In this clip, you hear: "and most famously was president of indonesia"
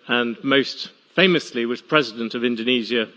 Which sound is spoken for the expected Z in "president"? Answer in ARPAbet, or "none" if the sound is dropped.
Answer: Z